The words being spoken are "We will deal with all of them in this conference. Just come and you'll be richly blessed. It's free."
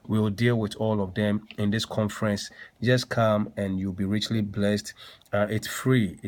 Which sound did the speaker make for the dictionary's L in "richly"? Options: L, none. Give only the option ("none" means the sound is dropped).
L